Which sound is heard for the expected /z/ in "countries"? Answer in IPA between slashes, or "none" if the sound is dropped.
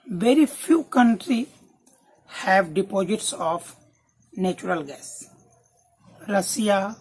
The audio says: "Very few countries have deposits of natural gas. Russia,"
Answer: none